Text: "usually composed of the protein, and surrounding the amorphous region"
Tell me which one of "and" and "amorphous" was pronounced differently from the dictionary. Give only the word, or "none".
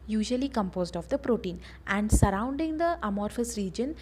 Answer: none